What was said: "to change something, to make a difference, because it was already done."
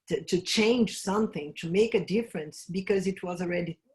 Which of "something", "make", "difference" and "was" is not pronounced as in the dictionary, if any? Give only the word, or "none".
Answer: none